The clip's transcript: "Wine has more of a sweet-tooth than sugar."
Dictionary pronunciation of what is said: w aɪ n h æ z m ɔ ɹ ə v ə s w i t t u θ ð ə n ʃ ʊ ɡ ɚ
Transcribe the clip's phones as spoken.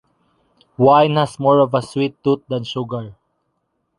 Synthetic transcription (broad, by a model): w aɪ n h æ s m ɔ ɹ ə v ə s w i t t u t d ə n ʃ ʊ ɡ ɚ